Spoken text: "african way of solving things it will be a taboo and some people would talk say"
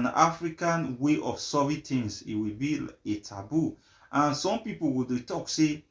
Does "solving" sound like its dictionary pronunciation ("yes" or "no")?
no